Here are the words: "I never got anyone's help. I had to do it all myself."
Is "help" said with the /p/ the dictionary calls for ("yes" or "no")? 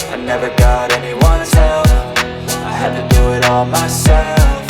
no